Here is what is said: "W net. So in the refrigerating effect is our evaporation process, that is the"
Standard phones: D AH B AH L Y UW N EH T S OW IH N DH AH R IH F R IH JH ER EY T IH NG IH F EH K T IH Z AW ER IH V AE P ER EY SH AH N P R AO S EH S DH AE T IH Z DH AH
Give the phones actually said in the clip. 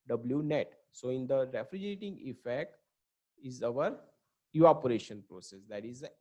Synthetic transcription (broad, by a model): D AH B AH L Y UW N EH T S OW IH N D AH R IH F R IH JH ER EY T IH NG IH F EH K T IH Z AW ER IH AO P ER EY SH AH N P R AO S EH S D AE T IH Z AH